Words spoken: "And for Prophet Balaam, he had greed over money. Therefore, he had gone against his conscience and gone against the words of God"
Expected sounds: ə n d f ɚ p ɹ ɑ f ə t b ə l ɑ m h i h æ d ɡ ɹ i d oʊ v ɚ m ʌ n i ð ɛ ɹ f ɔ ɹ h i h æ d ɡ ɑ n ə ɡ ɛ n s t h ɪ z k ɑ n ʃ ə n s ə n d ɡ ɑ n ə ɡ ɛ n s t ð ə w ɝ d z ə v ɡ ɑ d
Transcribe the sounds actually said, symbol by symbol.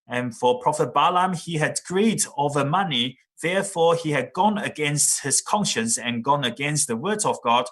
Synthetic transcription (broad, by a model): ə n f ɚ p ɹ ɑ f ə t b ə l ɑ m i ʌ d ɡ ɹ i d oʊ v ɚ m ʌ n i ð ɛ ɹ f ɔ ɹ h i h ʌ d ɡ ɑ n ə ɡ ɛ n s t h ɪ z k ɑ n ʃ ə n s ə n ɡ ɑ n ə ɡ ɛ n s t ð ə w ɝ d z ə v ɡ ɑ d